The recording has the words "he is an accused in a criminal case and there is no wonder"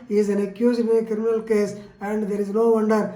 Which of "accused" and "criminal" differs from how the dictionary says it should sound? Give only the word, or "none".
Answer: accused